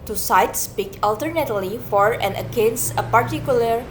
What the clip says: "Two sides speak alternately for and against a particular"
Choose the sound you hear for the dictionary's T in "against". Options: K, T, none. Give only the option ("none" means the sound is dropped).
none